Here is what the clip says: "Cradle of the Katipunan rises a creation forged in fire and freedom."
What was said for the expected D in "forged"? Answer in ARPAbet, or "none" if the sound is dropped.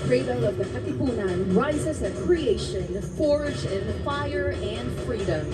none